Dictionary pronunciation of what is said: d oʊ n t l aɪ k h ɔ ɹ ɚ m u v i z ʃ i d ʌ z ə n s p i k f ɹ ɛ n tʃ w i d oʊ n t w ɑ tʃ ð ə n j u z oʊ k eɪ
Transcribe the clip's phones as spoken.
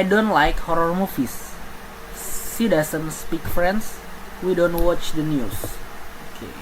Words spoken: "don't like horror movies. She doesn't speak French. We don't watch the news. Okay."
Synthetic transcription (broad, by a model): d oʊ n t l aɪ k h ɔ ɹ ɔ m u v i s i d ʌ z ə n s p i k f ɹ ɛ n s w i d oʊ n t w ɑ tʃ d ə n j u s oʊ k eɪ